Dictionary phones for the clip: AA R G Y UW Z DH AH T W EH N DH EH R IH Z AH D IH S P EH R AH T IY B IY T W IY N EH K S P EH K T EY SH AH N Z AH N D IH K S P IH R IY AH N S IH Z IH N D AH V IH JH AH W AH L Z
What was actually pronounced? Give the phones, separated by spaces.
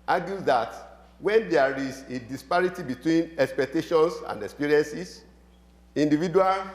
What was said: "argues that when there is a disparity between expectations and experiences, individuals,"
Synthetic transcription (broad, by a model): AA G Y UW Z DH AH T W EH N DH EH R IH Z AH D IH S P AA R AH T IY B IY T W IY N EH K S P EH K T EY SH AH N S AH N D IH K S P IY R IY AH N S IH S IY N D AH V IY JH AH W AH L